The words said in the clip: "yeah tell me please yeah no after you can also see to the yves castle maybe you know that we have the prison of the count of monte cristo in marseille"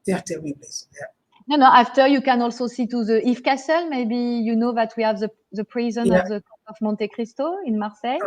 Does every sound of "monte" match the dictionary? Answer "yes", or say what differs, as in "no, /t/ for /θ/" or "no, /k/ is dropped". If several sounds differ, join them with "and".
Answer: yes